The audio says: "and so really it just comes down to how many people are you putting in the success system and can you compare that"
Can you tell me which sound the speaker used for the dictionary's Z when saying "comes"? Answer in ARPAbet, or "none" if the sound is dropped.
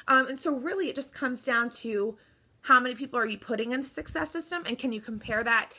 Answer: Z